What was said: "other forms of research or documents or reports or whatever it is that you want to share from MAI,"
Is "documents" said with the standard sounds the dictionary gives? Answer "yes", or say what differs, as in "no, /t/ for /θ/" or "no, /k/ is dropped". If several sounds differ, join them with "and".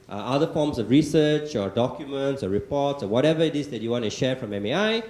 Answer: yes